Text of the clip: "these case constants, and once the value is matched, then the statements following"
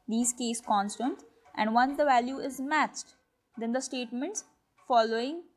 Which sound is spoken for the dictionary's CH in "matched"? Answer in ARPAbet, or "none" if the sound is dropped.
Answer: CH